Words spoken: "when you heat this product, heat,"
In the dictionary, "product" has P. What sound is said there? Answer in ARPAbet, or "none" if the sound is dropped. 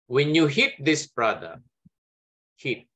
B